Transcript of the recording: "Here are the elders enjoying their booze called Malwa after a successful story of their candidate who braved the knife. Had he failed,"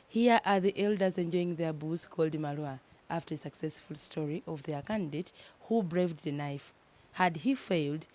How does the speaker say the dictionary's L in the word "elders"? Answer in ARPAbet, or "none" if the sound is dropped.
L